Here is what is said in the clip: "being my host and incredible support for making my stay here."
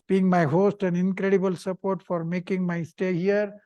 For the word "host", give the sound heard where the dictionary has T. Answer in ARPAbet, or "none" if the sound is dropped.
T